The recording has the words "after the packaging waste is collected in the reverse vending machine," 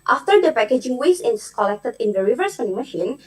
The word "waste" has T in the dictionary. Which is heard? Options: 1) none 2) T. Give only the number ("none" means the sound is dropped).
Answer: 1